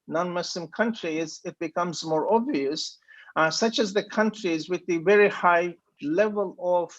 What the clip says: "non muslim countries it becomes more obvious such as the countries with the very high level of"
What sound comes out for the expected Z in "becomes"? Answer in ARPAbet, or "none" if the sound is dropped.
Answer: Z